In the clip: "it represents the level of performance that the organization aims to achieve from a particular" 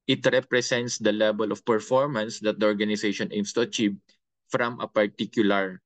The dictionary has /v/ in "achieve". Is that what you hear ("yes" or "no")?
no